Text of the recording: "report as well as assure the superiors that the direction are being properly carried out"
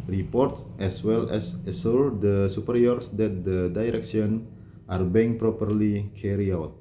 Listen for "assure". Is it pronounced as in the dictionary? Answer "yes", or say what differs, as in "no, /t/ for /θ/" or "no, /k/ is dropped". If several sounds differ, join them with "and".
no, /s/ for /ʃ/